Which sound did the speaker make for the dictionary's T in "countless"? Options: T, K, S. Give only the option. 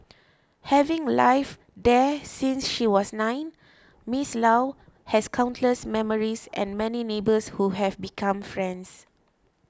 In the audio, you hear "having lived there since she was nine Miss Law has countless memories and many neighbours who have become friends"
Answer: T